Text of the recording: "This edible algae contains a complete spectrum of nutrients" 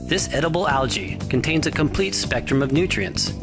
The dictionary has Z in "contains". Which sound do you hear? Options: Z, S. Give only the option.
Z